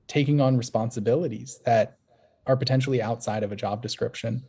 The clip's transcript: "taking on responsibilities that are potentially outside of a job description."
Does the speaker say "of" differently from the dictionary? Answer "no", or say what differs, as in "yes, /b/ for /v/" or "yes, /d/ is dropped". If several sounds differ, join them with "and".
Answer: no